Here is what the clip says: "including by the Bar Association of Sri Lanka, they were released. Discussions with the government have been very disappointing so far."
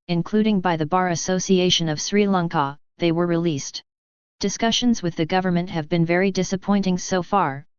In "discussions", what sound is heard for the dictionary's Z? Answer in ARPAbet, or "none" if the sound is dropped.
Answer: Z